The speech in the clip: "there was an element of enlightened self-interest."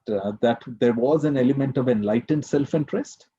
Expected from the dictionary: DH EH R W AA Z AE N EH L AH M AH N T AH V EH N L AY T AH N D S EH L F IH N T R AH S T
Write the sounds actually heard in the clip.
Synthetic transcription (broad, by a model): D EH R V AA Z AE N EH L AH M AH N T AH V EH N L AY T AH N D S EH L F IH N T R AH S T